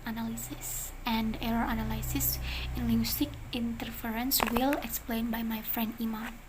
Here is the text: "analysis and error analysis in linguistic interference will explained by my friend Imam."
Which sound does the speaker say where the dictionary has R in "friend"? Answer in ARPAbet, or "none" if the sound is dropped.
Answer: R